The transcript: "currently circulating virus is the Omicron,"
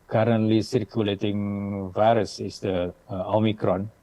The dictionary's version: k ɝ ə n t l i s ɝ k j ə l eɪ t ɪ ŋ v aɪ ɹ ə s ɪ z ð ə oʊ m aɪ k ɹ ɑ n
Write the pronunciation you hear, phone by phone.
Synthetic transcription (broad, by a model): k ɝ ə n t l i s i k j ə l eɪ t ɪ ŋ v aɪ ɹ ə s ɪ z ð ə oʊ m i k ɹ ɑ n